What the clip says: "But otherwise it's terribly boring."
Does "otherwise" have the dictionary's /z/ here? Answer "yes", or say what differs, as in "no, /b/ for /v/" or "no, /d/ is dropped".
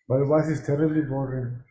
no, /s/ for /z/